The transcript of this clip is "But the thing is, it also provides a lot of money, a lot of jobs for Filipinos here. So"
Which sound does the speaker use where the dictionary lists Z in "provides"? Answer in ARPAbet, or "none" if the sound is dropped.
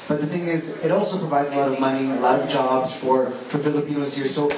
Z